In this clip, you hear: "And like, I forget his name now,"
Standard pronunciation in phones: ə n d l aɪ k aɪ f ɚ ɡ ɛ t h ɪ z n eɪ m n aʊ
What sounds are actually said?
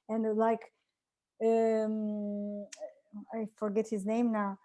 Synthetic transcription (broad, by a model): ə n l aɪ k aɪ f ɚ ɡ ɛ t h ɪ z n eɪ m n aʊ